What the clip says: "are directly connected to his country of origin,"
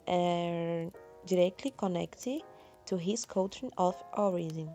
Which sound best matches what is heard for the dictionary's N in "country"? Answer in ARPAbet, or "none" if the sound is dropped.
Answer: none